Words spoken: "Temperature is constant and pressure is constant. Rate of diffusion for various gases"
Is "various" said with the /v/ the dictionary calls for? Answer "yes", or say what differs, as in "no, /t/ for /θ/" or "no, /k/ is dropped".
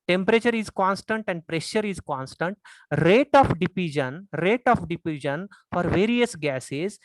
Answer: yes